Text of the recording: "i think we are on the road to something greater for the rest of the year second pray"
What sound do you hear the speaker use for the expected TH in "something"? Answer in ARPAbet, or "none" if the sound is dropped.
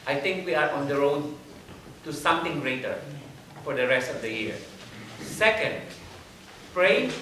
T